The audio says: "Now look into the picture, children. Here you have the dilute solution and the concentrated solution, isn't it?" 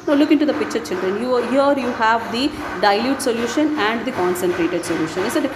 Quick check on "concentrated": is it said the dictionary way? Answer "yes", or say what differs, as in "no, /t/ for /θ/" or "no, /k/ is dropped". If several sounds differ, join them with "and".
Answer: yes